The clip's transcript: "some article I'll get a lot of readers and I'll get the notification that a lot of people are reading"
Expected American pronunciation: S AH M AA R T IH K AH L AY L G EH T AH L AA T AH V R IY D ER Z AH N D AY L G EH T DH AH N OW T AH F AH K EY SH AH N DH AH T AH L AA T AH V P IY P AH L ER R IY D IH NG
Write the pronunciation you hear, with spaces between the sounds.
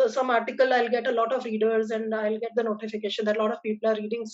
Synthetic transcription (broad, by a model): S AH M AA R T IH K AH L AY L G EH T AH L AA T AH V R IY D ER Z AH N D AY L G EH T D AH N OW T AH F AH K EY SH AH N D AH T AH L AA T AH V P IY P AH L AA R IY D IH NG